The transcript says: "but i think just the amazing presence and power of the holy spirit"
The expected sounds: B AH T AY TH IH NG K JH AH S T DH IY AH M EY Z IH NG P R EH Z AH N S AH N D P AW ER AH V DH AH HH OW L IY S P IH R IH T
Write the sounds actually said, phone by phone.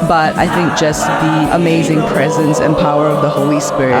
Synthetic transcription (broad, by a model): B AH T AY TH IH NG K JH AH S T DH IY AH M EY Z IH NG P R EH Z AH N S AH N P AW ER AH V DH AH HH OW L IY S P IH R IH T